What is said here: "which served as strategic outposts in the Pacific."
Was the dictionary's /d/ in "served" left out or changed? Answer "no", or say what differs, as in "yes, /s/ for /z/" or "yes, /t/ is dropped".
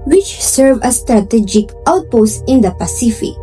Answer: yes, /d/ is dropped